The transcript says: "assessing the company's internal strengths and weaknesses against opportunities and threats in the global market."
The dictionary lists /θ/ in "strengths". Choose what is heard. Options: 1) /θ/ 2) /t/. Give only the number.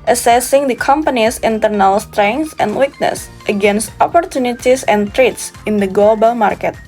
2